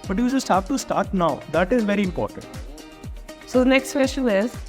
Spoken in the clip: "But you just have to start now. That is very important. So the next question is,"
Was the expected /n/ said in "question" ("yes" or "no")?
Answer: no